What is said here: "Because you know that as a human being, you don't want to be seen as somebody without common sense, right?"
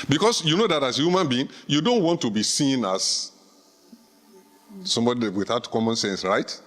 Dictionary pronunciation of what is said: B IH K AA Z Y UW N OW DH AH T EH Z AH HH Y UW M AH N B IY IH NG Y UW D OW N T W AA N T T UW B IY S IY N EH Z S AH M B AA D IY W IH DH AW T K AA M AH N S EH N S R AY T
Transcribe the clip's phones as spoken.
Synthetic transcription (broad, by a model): B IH K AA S Y UW N OW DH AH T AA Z AH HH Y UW M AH N B IY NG Y UW D OW N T W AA N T T UW B IY S IY N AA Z S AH M B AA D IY W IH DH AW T K AA M AH N S EH N S R AY T